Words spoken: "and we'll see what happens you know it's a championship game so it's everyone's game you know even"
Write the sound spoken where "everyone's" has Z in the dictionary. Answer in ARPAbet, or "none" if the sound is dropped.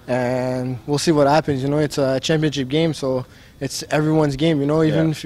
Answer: Z